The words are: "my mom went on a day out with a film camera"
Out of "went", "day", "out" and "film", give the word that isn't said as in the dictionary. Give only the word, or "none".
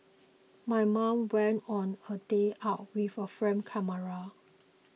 film